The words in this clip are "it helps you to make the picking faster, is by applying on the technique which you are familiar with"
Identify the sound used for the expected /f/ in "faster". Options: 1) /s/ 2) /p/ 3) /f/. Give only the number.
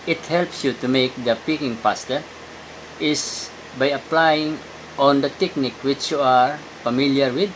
2